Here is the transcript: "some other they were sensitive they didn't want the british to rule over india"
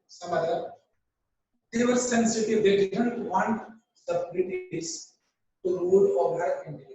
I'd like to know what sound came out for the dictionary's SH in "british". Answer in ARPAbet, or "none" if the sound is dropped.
S